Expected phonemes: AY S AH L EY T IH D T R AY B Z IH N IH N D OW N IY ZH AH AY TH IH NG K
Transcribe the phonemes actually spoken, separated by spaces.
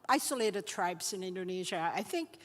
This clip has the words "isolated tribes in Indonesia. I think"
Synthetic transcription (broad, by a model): AY S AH L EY T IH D T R AY B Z IH N IH N D OW N IY ZH AH AY TH IH NG K